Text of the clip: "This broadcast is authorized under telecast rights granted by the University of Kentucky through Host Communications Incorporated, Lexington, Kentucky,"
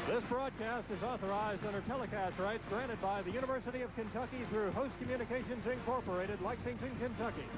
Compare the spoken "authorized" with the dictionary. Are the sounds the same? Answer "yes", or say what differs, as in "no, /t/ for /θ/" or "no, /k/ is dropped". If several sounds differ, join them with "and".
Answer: yes